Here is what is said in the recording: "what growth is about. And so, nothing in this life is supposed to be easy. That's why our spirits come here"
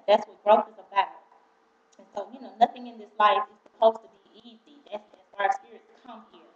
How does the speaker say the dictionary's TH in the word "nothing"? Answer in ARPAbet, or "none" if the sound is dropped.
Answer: TH